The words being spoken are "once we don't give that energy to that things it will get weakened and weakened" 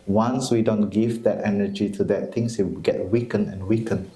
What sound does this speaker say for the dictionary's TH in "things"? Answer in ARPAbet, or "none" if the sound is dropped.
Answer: T